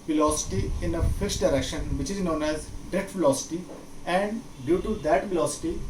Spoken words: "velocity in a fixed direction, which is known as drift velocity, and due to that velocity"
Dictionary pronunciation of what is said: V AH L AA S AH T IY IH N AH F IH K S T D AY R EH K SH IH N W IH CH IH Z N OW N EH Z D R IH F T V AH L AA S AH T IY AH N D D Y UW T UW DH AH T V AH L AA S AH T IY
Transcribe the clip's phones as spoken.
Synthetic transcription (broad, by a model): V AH L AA S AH T IY IH N AH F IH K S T D AY R EH K SH IH N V IH CH IH Z N OW N EH Z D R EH T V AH L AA S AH T IY AH N D D Y UW T UW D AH T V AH L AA S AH T IY